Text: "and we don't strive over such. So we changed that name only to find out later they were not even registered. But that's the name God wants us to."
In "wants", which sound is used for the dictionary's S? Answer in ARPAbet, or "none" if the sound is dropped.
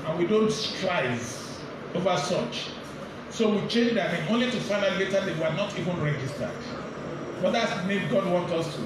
none